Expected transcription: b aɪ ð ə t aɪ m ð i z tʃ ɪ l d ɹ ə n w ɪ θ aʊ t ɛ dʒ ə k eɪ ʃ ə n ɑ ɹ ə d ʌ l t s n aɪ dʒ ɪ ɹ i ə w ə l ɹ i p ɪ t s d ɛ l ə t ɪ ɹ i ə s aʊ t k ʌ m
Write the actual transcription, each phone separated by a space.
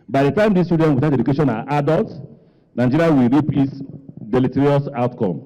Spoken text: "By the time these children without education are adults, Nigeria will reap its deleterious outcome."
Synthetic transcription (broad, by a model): b aɪ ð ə t aɪ m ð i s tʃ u d ə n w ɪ t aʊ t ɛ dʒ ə k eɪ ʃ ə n ɑ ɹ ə d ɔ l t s n aɪ dʒ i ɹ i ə w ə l ɹ i p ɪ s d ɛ l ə t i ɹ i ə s aʊ t k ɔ m